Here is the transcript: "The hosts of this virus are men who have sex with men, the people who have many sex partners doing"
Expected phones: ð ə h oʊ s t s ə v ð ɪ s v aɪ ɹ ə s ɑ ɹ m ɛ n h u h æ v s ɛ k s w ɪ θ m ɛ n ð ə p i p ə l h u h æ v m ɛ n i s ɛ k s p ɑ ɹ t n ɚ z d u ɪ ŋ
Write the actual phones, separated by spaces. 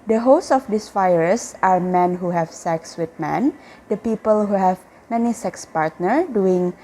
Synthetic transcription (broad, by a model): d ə h oʊ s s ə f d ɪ s f aɪ ɹ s ɑ ɹ m ɛ n h u h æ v s ɛ k s w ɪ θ m ɛ n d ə p i p ə l h u h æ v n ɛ n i s ɛ k s p ɑ ɹ t n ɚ d u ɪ ŋ